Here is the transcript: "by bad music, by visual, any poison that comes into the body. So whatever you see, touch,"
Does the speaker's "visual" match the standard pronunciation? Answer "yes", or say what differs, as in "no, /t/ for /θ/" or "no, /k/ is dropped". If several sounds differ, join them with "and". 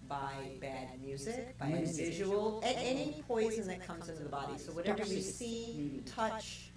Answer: no, /n/ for /l/